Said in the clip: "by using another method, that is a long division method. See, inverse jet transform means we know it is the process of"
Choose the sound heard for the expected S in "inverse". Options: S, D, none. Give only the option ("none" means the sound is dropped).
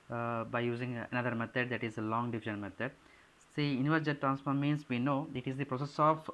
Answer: none